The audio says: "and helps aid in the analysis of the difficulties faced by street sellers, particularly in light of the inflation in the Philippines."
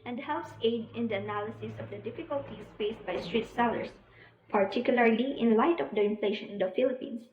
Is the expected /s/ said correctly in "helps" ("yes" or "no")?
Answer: yes